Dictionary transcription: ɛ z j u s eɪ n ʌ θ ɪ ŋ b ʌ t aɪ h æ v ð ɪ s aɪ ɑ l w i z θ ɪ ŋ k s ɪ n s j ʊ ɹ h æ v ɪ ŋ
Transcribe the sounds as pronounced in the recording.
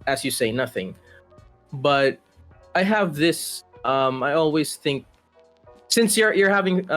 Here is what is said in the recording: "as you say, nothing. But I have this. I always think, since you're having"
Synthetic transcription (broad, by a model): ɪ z j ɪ s eɪ n ʌ θ ɪ ŋ b ʌ t aɪ h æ v ð ɪ s aɪ ɑ l w i z θ ɪ ŋ k s ɪ n s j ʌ ɹ h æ v ɪ ŋ